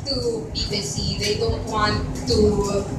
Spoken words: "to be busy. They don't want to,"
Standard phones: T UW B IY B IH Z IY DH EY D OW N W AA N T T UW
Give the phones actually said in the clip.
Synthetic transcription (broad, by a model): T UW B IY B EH S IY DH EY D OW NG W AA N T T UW